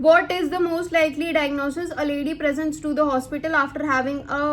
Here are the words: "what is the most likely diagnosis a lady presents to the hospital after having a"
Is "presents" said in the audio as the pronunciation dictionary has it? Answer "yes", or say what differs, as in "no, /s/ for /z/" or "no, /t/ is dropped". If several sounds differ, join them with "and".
yes